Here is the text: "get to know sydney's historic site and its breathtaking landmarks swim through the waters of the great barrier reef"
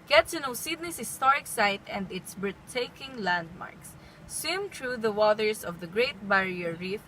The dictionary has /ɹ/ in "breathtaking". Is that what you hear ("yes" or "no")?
no